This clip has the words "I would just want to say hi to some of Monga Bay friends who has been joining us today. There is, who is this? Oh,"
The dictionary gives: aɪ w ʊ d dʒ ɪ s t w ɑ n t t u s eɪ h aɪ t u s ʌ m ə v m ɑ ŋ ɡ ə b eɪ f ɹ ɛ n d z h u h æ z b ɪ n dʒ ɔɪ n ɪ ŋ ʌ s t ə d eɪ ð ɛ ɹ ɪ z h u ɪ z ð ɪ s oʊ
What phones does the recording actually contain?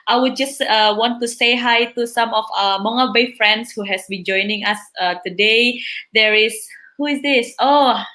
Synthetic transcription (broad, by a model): aɪ w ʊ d dʒ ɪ s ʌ w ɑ n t t u s eɪ h aɪ t u s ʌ m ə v m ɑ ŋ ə b eɪ f ɹ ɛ n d s h u h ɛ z b ɪ n dʒ ɔɪ n ɪ ŋ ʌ s t ə d eɪ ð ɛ ɹ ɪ s h u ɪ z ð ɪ s oʊ